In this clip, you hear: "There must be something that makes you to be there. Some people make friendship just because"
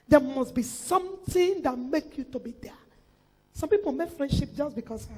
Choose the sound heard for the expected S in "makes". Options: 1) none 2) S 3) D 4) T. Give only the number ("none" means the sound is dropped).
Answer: 1